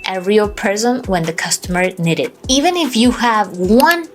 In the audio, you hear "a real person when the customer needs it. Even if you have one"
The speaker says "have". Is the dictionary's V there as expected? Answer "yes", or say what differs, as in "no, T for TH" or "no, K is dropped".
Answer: yes